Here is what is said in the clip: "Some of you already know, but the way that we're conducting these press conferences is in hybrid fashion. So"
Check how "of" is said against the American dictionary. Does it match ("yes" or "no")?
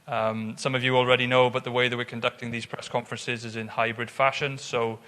yes